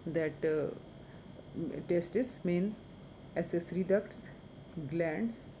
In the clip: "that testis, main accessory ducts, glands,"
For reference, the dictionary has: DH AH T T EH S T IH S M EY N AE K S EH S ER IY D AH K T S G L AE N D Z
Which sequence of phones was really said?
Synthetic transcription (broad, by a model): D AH T T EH S T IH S M EY N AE S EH S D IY D AH K T S G L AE N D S